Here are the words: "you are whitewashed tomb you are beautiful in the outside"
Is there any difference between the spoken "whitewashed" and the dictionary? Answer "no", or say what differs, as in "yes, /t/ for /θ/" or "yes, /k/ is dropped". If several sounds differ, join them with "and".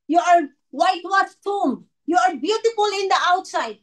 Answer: yes, /ʃ/ is dropped